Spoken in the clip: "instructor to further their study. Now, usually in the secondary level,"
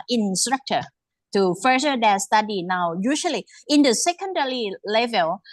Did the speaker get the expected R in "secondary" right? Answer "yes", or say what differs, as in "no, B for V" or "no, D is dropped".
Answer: no, L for R